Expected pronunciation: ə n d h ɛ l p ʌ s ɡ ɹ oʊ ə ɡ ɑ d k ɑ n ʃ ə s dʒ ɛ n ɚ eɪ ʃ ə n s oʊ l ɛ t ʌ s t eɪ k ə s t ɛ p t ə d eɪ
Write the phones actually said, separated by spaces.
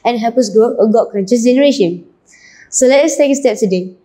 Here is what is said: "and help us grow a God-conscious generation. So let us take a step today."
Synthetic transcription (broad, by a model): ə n h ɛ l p ʌ s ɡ oʊ ə ɡ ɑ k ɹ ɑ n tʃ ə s dʒ ɛ n ɚ eɪ ʃ ə n s oʊ l ɛ t ʌ s t eɪ k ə s t ɛ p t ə d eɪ